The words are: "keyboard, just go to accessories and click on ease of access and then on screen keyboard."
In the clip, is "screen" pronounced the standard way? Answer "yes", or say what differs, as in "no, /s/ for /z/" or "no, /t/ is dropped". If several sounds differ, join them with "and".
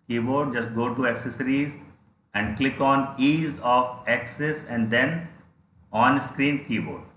yes